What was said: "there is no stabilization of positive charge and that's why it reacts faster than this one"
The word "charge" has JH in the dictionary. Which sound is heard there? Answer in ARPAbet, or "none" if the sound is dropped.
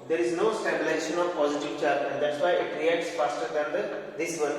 none